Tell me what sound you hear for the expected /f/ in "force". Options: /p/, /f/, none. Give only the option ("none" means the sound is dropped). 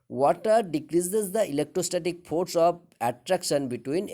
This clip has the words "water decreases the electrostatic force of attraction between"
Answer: /p/